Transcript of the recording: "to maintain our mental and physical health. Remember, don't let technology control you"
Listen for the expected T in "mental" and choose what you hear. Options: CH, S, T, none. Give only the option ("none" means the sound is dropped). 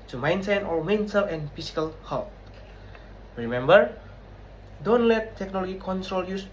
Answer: S